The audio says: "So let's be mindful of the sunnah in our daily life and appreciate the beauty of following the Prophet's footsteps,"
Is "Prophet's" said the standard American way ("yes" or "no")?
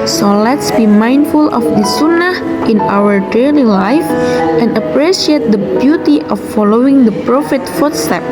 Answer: no